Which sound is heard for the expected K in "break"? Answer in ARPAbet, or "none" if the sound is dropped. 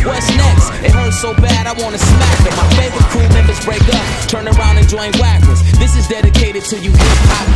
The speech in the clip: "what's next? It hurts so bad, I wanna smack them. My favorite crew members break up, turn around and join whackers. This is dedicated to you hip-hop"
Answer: K